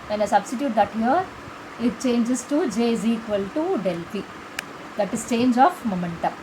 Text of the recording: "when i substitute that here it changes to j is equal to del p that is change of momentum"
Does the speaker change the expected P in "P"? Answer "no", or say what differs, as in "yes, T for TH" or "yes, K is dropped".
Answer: yes, F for P